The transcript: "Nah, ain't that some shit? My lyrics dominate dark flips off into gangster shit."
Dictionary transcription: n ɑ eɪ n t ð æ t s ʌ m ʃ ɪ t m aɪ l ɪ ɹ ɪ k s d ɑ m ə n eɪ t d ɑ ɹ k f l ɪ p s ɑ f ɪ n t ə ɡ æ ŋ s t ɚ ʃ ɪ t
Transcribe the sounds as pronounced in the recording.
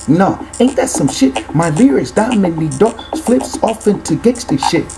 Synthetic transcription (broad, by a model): n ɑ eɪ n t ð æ t s ʌ m ʃ ɪ t m aɪ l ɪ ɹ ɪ s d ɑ m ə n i d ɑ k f l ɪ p s ɑ f ɪ n t ə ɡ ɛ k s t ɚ ʃ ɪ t